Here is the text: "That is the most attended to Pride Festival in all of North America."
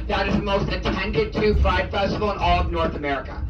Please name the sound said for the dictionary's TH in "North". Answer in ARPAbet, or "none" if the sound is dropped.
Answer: TH